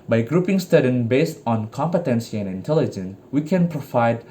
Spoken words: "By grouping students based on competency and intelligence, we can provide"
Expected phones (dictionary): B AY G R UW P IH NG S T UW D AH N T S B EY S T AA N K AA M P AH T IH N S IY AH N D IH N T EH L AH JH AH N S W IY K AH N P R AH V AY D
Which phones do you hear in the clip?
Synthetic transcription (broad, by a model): B AY G R UW P IH NG S T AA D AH N B EY S T AA N K AA M P AH T IH N S IY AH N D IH N T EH L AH JH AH N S W IY K AH N P R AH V AY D